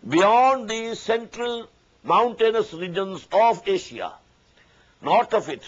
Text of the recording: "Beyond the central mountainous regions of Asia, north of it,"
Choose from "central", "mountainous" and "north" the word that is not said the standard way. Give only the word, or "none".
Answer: north